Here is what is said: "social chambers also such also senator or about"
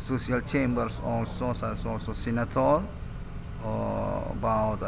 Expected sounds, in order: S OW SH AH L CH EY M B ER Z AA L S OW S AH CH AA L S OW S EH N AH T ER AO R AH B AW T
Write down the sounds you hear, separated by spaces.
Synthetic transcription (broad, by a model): S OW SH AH L CH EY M B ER S AA L S OW S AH S AA L S OW S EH N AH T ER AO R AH B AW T